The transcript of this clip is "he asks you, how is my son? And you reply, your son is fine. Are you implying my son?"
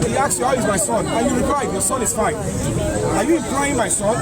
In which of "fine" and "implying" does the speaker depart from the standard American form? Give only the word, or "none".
implying